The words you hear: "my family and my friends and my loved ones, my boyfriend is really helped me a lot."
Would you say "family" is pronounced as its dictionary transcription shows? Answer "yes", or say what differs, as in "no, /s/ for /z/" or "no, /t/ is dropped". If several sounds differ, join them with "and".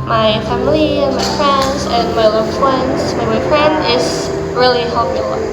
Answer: yes